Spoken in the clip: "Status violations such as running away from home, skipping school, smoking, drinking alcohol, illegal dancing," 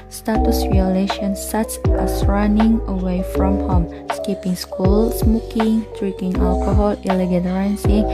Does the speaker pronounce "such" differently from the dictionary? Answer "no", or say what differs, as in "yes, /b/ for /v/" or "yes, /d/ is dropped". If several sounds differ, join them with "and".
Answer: yes, /s/ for /tʃ/